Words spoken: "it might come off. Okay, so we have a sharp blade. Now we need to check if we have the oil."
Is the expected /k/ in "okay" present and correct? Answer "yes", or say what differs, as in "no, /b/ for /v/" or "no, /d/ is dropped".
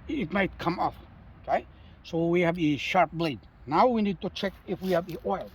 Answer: yes